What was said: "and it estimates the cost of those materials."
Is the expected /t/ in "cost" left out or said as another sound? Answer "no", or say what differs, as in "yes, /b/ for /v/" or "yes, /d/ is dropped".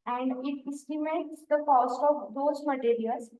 no